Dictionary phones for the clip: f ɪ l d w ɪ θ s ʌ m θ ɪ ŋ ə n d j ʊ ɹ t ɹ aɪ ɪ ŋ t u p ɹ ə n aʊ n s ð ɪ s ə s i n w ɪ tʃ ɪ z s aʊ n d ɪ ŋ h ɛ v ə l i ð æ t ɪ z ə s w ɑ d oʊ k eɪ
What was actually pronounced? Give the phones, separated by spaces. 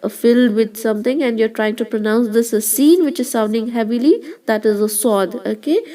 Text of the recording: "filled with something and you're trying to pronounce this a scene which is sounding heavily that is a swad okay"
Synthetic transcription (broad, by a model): f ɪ l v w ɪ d s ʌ m t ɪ ŋ ə n d j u ɹ t ɹ aɪ ɪ ŋ t u p ɹ ə n aʊ n s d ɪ s ə s i n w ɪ tʃ ɪ z s aʊ n d ɪ ŋ h ɛ v ə l i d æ t ɪ z ə s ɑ d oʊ k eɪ